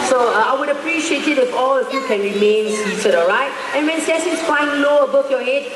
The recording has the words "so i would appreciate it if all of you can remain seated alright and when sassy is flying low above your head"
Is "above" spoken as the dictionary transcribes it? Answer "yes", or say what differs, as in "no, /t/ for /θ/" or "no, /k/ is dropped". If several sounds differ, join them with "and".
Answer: no, /f/ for /v/